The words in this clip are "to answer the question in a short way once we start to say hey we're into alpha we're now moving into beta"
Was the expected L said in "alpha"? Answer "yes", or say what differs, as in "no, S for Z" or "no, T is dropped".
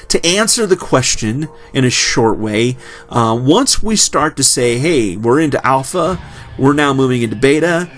yes